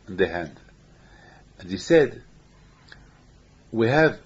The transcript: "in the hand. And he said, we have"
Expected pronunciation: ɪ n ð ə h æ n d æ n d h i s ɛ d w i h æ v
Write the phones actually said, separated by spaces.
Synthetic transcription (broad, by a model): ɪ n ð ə h æ n d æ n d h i s ɛ d w i h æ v